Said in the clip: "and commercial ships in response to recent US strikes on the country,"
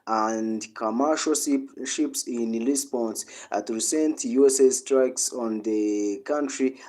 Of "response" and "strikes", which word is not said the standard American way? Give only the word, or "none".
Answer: response